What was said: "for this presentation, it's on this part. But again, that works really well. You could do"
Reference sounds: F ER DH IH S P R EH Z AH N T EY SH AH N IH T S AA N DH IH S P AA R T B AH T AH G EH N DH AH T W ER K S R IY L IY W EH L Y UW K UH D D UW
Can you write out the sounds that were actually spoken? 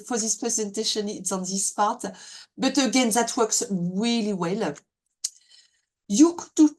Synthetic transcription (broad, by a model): F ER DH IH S P R EH Z AH N T EY SH AH N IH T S AA N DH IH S P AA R T B AH T AH G EH N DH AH T W ER K S R IY L IY W EH L Y UW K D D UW